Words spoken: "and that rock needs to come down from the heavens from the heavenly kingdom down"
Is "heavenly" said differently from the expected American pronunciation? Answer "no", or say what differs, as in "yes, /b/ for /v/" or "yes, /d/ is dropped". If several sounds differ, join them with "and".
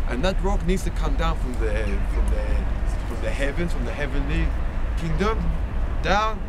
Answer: no